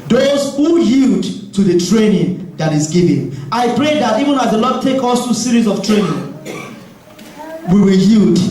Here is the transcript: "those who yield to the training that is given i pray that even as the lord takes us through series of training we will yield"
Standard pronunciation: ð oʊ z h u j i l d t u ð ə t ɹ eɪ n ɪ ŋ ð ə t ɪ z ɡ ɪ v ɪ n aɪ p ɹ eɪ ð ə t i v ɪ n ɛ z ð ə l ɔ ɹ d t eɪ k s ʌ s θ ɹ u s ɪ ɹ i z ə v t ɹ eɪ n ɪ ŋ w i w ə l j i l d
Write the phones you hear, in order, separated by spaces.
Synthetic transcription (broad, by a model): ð oʊ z h u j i l d t u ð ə t ɹ eɪ n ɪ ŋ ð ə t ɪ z ɡ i v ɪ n aɪ p ɹ eɪ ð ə t i v ɪ n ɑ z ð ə l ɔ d t eɪ k ɔ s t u s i ɹ i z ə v t ɹ eɪ n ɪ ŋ w i w ə l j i l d